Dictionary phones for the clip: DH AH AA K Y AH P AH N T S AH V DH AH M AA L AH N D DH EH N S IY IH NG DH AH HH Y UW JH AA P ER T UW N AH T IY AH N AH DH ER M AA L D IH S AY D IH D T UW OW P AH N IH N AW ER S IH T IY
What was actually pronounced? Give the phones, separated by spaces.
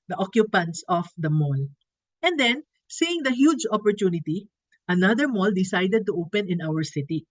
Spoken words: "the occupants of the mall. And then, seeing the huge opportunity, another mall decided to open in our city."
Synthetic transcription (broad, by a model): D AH AA K Y AH P AH N T S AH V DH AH M AA L AH N D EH N S IY IH NG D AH HH Y UW JH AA P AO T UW N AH T IY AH N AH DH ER M AA L D IH S AY D IH D T UW OW P AH N IH N AW ER S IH T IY